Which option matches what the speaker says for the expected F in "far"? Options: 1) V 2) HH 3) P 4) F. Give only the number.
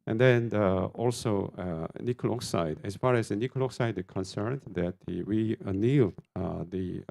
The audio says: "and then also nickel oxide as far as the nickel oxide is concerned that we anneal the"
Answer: 4